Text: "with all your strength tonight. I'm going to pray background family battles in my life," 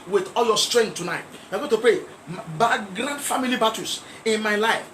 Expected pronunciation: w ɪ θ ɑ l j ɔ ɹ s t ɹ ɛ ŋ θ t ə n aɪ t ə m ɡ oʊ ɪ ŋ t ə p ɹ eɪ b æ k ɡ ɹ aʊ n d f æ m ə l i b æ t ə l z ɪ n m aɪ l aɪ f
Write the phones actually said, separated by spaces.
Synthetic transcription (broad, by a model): w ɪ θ ɑ l j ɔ s t ɹ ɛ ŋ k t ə n aɪ t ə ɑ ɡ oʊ t ə p eɪ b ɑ ɡ ɹ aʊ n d f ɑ m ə l i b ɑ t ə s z ɪ n m aɪ l aɪ f